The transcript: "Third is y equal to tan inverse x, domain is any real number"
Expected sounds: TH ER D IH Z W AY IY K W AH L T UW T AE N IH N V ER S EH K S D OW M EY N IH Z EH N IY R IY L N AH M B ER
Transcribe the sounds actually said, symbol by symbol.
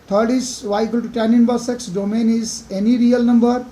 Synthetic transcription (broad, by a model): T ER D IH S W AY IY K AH L T UW T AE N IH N B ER S EH K S D OW M EY N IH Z EH N IY R IY L N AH M B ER